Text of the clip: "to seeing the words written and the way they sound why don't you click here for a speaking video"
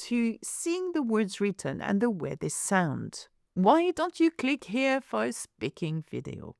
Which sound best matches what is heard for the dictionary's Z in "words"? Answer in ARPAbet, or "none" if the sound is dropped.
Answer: Z